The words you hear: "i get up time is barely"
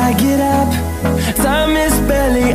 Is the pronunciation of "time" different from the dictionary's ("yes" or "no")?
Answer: yes